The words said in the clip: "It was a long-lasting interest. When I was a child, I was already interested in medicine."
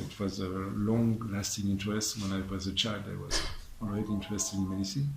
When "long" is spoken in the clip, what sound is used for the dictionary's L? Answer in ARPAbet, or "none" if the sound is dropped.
L